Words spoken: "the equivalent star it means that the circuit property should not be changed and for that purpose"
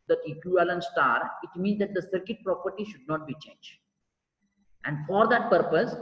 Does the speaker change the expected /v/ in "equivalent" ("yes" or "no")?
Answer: yes